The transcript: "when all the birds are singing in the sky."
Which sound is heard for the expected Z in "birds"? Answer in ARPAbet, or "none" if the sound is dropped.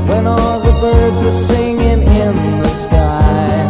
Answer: Z